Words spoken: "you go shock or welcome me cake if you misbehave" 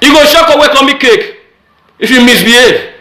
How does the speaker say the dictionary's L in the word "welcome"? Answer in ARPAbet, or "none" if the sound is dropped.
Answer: none